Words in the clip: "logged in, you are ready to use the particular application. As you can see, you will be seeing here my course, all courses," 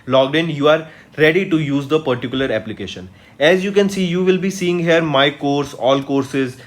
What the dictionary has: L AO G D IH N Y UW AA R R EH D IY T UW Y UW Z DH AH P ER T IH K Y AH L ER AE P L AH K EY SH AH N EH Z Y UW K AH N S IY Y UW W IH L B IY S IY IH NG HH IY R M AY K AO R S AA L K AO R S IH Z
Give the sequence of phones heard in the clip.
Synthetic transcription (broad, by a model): L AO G D IH N Y UW AA R R EH D IY T UW Y UW Z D AH P ER T IH K Y AH L ER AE P L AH K EY SH AH N EH Z Y UW K AH N S IY Y UW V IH L B IY S IY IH NG HH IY R M AY K AO R S AA L K AO R S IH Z